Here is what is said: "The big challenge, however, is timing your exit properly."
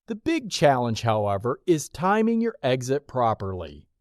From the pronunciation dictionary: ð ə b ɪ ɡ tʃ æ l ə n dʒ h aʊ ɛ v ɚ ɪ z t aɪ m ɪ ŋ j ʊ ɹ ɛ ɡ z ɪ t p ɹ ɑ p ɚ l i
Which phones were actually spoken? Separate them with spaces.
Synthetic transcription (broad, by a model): ð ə b ɪ ɡ tʃ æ l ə n ʒ h aʊ ɛ v ɚ ɪ z t aɪ m ɪ ŋ j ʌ ɹ ɛ ɡ z ɪ t p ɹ ɑ p ɚ l i